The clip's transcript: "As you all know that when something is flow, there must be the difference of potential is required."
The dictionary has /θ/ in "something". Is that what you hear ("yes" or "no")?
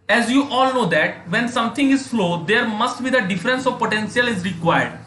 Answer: no